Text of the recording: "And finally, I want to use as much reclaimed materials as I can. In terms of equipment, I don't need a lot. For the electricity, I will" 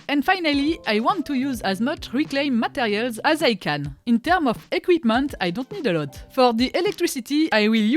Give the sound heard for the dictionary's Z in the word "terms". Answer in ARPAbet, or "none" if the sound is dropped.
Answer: none